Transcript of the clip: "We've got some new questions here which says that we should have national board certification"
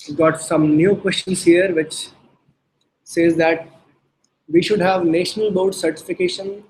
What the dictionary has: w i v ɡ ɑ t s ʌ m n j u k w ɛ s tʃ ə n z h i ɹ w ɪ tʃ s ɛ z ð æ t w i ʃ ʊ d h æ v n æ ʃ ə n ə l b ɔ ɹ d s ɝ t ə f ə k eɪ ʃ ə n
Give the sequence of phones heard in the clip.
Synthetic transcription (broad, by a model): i ɡ ɑ t s ʌ m n j u k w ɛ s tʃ ə n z h i ɹ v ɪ tʃ s ɛ z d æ t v i ʃ ʊ d h æ v n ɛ ʃ ə n ə l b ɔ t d s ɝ t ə f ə k eɪ ʃ ə n